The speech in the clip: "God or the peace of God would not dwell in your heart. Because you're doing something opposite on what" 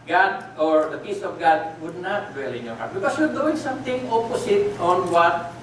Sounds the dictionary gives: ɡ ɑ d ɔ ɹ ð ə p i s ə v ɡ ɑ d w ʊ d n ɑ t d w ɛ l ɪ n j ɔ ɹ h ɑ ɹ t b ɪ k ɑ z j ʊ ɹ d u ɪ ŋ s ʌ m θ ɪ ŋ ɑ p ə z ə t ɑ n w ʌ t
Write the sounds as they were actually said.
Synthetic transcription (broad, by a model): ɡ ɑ d ɔ ɹ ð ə p i s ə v ɡ ɑ d w ʊ d n ɑ t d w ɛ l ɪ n j ɔ ɹ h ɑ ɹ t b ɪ k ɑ s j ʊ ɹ d u ɪ ŋ s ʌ m t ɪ ŋ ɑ p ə s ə t ɑ n w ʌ t